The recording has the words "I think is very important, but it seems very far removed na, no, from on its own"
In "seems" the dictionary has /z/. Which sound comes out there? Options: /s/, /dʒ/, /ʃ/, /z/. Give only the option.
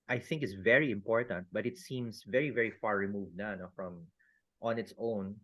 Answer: /s/